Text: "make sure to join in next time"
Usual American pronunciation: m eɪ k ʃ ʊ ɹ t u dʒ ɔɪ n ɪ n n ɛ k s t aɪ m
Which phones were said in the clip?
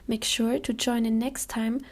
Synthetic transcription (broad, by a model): m eɪ k ʃ ʊ ɹ t u dʒ ɔɪ n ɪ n n ɛ k s t aɪ m